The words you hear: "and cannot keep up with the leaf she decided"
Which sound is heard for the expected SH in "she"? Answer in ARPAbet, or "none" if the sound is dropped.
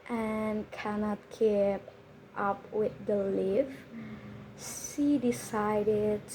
S